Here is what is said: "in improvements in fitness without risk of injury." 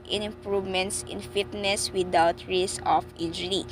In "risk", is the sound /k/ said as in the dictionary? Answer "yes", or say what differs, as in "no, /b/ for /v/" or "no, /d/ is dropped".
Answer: no, /k/ is dropped